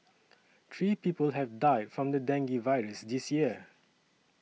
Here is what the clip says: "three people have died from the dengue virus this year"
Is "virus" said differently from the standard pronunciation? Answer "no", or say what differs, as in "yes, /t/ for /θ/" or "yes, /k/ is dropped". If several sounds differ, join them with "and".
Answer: no